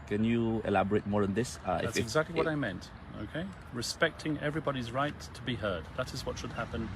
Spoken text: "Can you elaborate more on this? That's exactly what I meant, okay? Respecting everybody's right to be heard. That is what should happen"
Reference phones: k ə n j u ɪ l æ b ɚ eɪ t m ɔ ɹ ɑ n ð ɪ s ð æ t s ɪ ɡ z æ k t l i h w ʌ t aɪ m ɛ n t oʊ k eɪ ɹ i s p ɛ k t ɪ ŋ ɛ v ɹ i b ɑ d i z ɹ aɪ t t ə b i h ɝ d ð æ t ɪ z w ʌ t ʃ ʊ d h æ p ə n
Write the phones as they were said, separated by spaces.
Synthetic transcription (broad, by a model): k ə n j u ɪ l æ b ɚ eɪ t m ɔ ɹ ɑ n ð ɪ s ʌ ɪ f ɪ ɡ z æ k t l i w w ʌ t aɪ m ɛ n t oʊ k eɪ ɹ i s p ɛ k t ɪ ŋ ɛ v ɹ i b ɑ d i z ɹ aɪ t t ə b i h ɝ d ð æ t ɪ z w ʌ t ʃ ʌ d h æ p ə n